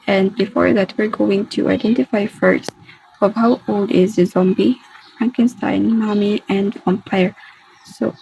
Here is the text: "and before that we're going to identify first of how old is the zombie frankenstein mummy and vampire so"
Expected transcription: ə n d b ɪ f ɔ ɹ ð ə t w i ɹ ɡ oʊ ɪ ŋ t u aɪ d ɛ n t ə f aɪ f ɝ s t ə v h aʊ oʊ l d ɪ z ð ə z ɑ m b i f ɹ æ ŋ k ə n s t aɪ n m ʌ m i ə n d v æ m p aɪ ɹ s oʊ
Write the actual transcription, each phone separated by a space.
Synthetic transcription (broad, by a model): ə n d b ɪ f ɔ ɹ ð ə t w i ɹ ɡ oʊ ɪ ŋ t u aɪ d ɛ n t ə f aɪ f ɝ s t ə v h aʊ oʊ l d ɪ z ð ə z ɑ m b i f ɹ æ ŋ k ə n s t aɪ n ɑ m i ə n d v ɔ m p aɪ ɹ s oʊ